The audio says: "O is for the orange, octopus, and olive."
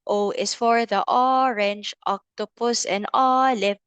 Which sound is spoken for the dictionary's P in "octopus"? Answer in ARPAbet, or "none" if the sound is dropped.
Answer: P